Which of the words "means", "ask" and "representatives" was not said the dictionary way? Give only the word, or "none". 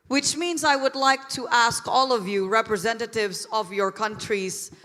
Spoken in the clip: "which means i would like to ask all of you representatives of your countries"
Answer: none